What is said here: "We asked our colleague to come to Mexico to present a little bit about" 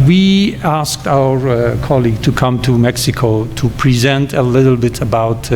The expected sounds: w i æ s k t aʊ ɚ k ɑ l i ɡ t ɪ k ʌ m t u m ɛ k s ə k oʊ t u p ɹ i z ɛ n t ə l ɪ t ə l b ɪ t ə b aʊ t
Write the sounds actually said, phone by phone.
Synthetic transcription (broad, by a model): w i æ s k t aʊ ɚ k ɑ l i ɡ t ɪ k ʌ m t u m ɛ k s ə k oʊ t u p ɹ i z ɛ n t ə l ɪ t l b ɪ t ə b aʊ t